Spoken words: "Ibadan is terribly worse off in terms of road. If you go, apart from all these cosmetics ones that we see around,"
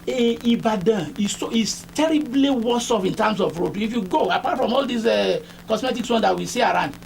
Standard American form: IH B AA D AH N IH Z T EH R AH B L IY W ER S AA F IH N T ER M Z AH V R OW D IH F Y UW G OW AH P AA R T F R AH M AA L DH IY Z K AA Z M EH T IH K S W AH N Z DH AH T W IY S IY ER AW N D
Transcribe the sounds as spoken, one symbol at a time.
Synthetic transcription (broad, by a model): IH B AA D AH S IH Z T EH R AH B L IY W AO S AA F IH N T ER M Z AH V R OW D IH F Y UW G OW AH P AA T F R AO M AA L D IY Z K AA S M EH T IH K S W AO N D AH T W IY S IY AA AW N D